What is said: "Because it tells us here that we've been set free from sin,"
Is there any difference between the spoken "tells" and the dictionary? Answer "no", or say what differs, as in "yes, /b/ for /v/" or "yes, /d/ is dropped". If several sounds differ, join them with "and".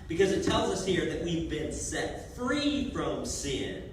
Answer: no